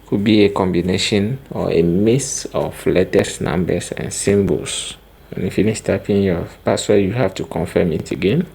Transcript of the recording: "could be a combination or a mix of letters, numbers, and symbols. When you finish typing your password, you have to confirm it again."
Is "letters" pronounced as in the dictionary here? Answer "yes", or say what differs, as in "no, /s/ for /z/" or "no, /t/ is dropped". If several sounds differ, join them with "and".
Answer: no, /s/ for /z/